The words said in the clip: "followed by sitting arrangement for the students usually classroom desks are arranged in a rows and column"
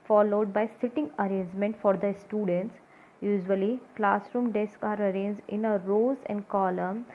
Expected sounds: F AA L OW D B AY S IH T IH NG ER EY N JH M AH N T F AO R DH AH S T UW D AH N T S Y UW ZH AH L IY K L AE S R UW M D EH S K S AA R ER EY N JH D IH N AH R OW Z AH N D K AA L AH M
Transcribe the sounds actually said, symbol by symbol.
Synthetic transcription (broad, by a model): F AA L OW D B AY S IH T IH NG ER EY N JH M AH N T F AO R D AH S T UW D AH N T S Y UW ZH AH L IY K L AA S R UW M D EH S K AA R ER EY N JH D IH N AH R OW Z AH N D K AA L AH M